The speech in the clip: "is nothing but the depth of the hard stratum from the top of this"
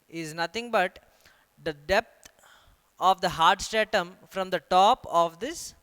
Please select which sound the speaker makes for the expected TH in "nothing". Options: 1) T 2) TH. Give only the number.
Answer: 1